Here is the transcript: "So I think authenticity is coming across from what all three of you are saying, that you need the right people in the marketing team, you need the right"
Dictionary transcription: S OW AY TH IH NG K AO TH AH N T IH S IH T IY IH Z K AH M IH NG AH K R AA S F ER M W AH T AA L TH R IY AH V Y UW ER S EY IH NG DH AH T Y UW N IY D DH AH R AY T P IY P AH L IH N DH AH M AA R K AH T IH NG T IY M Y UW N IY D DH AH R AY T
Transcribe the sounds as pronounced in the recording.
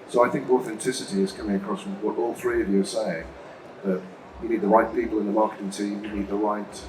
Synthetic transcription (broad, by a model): S OW AY TH IH NG K AO TH AH N T IH S IH T IY IH Z K AH M IH NG AH K R AA S W AH T AA L TH R IY AH V Y UW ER S EY IH NG DH AH T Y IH N IY D DH AH R AY T P IY P L IH N DH AH M AA R K AH T IH NG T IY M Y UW N IY D DH AH R AY T